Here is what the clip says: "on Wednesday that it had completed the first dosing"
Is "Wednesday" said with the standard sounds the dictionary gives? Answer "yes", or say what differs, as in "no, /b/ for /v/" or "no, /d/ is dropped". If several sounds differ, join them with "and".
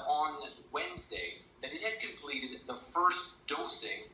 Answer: yes